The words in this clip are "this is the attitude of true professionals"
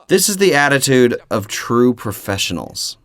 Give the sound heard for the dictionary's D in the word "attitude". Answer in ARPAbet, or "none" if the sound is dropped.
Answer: D